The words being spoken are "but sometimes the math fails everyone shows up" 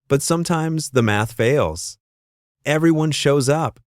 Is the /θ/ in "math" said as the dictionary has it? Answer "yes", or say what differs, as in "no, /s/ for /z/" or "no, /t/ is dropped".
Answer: yes